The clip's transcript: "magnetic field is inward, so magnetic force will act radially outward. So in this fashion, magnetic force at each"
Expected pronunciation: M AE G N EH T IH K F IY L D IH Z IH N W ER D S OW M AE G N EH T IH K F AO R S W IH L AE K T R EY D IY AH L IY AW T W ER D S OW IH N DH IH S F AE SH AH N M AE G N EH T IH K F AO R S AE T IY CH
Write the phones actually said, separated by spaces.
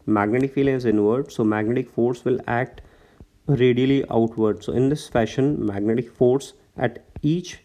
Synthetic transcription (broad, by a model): M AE G N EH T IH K F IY L IH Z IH N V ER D S OW M AE G N EH T IH K F AO R S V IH L AE K T R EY D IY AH L IY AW T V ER D S OW IH N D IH S F AE SH AH N M AE G N EH T IH K F AO R S AE T IY CH